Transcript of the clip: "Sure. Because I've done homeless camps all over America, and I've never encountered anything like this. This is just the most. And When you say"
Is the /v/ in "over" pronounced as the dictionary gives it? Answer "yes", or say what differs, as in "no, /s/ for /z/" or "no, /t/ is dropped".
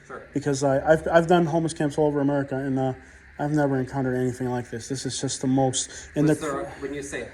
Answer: yes